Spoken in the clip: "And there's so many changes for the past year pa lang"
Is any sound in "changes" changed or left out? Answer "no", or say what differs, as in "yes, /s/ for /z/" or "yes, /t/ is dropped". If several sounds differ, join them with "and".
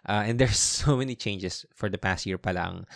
yes, /s/ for /z/